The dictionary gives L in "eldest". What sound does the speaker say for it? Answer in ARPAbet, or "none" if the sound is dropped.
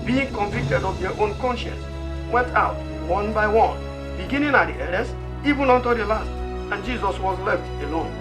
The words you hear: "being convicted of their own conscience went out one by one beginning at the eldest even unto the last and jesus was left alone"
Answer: none